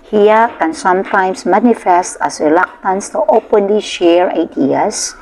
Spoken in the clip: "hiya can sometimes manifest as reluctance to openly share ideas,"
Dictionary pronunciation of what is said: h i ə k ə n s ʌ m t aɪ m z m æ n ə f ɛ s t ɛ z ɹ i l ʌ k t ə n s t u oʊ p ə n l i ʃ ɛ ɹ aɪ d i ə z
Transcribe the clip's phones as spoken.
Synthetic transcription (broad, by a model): h i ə k ə n s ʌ m t aɪ m s m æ n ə f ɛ s t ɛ s ɹ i l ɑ k t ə n s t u oʊ p ə n l i ʃ ɛ ɹ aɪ d i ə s